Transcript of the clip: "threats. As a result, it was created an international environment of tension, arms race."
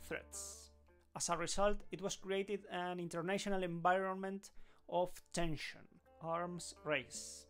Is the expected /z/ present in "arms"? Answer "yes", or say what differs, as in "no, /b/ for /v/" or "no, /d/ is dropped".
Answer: no, /s/ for /z/